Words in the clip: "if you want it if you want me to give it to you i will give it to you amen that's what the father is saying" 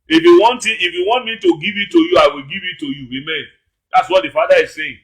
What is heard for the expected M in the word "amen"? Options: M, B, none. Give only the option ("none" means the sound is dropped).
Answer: M